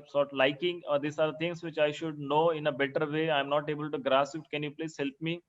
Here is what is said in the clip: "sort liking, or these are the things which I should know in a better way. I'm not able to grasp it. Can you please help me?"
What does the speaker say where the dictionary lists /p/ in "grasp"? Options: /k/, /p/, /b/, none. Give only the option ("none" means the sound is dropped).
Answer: none